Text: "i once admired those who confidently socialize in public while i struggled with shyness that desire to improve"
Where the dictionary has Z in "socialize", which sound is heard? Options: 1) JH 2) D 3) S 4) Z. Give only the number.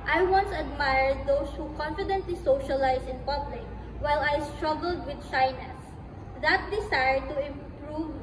3